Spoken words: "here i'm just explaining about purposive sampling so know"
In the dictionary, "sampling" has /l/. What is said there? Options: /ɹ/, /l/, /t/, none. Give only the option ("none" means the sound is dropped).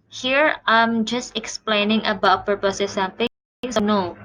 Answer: none